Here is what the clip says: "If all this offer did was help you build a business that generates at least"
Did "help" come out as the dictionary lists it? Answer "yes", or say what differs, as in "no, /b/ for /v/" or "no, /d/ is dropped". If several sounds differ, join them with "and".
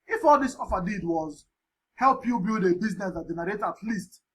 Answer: yes